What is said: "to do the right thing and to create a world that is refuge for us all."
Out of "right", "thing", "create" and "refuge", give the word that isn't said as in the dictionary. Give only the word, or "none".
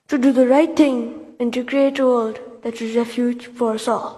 thing